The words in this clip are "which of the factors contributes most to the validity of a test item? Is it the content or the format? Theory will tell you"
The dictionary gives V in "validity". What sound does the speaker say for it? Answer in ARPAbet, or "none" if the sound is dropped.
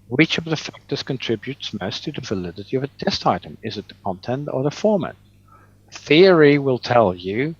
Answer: V